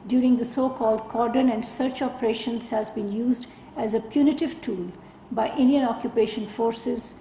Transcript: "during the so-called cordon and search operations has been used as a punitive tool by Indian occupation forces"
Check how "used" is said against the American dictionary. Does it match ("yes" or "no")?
yes